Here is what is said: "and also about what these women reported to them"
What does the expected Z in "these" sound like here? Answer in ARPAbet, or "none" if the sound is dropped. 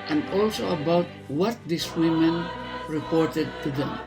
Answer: S